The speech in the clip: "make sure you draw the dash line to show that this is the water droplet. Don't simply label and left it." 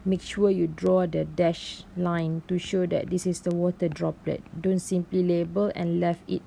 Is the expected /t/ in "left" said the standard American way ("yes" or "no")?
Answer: no